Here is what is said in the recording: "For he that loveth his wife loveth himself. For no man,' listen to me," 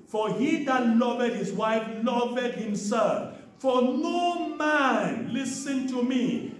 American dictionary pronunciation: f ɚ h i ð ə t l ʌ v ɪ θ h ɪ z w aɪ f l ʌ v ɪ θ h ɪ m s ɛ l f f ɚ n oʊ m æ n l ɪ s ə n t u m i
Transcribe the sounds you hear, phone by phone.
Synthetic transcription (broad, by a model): f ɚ h i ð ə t l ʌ v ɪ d h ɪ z w aɪ f l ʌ v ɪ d h ɪ m s ɛ l f f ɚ n oʊ m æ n l ɪ s ə n t u m i